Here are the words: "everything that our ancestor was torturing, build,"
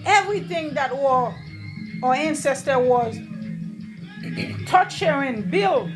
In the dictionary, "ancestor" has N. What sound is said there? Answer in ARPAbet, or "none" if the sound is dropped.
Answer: N